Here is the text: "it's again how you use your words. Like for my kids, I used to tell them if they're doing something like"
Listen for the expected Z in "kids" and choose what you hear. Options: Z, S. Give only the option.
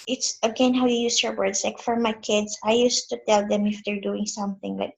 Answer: S